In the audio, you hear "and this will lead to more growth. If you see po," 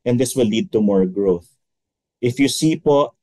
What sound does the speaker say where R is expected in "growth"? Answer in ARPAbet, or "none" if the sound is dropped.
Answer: R